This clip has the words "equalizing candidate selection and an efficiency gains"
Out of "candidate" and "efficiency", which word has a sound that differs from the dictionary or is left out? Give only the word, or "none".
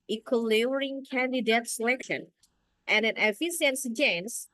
efficiency